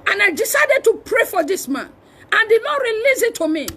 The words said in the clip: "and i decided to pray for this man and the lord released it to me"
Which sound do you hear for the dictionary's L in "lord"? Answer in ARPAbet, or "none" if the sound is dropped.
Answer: N